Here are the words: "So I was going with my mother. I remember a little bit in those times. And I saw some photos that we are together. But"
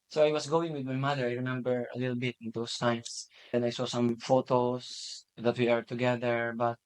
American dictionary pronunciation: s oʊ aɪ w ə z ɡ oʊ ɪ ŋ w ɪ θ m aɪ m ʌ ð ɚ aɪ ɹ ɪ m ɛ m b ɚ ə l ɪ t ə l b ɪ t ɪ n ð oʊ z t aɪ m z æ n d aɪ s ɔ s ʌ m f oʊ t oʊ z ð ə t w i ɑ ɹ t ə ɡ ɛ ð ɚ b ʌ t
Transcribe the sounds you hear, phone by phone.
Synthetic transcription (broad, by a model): s oʊ aɪ w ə s ɡ oʊ ɪ ŋ w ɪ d m aɪ m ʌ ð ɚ aɪ ɹ ɪ m ɛ m b ɚ ə l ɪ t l b ɪ t ɪ n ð oʊ s t aɪ m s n aɪ s ɔ s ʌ m f oʊ t oʊ s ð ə t w i ɑ ɹ t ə ɡ ɛ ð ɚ b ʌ t